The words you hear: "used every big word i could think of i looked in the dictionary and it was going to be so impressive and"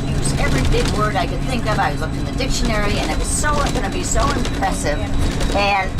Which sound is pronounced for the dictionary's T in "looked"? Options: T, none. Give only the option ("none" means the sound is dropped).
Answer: none